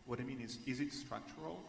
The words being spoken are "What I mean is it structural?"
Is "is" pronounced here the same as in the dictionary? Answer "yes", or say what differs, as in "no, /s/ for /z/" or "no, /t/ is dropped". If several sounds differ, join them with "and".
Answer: yes